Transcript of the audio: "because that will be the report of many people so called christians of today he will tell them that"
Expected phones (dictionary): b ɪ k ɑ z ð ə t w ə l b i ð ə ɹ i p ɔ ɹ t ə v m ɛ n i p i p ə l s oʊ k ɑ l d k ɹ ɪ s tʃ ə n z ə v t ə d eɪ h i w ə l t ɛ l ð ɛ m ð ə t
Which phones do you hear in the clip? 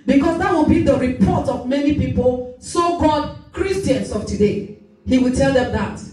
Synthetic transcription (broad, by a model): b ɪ k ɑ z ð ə t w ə b i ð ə ɹ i p ɔ t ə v m ɛ n i p i p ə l s oʊ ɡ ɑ d k ɹ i s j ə n s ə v t ə d eɪ h i w ə l t ɛ l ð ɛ m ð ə t